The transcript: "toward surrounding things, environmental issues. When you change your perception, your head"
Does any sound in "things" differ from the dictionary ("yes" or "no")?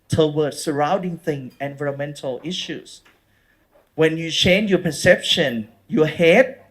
yes